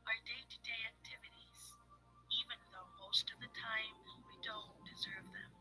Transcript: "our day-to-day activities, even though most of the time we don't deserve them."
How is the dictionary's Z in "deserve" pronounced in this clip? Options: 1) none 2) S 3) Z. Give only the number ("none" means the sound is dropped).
3